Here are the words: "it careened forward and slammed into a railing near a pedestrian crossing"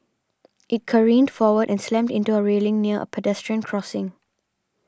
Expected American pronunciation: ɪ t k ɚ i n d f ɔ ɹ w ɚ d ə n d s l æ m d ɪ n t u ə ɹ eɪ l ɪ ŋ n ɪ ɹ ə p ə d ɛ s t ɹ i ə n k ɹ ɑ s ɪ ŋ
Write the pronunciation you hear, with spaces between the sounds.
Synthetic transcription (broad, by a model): ɪ t k ɚ i n d f ɔ w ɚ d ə n s l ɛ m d ɪ n t u ə ɹ eɪ l ɪ ŋ n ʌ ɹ ə p ə d ɛ s t ɹ i ə n k ɹ ɑ s ɪ ŋ